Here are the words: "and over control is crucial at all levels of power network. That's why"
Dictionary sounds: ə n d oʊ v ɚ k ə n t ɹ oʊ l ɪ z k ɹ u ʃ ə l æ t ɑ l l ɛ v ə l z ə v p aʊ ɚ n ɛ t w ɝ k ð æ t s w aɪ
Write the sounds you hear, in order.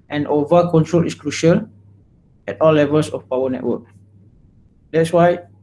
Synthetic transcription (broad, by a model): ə n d oʊ v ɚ k ə n t ɹ oʊ l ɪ s k ɹ u ʃ ə l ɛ t ɑ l l ɛ v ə l s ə f p aʊ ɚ n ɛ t w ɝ k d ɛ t s w aɪ